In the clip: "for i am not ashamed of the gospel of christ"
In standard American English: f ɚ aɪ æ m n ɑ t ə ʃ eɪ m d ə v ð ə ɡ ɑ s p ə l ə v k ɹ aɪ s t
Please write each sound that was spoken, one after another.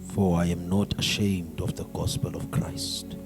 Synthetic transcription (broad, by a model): f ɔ aɪ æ m n ɑ t ə ʃ eɪ m d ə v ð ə ɡ ɑ s p ə l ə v k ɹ aɪ s t